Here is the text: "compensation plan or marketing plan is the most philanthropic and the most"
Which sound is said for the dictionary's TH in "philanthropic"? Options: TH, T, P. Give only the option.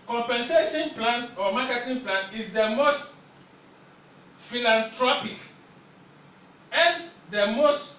T